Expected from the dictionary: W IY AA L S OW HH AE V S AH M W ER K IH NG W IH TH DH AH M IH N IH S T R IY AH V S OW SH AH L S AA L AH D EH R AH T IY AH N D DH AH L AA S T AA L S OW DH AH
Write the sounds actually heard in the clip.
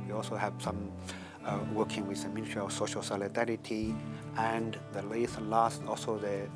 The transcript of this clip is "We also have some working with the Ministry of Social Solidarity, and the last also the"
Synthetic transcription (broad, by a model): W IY AA L S OW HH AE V S AH M W ER K IH NG W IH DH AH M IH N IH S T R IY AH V S OW SH AH L S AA L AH D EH R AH T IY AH N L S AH L AA S T AA L S OW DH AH